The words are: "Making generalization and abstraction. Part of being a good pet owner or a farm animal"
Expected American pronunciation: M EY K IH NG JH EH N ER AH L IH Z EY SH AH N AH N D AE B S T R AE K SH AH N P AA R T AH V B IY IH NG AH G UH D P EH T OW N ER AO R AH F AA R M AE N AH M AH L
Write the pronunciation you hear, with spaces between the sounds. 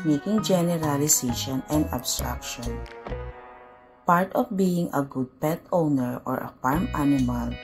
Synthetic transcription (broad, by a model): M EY K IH NG JH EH N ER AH L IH S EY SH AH N AH N D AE B S T R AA K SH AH N P AA R T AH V B IY IH NG AH G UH D P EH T OW N ER AO R AH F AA R M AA N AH M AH L